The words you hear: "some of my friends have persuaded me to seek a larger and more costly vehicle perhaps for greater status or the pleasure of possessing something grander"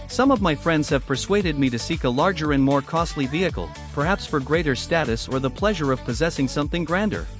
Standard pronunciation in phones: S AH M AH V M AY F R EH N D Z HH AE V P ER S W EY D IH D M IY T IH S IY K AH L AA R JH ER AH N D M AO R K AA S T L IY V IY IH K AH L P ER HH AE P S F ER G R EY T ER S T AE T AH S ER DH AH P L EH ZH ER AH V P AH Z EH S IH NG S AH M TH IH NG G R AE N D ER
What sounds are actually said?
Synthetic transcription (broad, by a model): S AH M AH V M AY F R EH N D Z HH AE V P ER S W EY D IH D M IY T IH S IY K AH L AA R JH ER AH N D M AO R K AA S T L IY V IY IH K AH L P ER HH AE P S F ER G R EY T ER S T AE T AH S ER DH AH P L EH ZH ER AH V P AH Z EH S IH NG S AH M TH IH NG G R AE N D ER